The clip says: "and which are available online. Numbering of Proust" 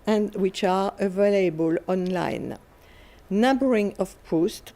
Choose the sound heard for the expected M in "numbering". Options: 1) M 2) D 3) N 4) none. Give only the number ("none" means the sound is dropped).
4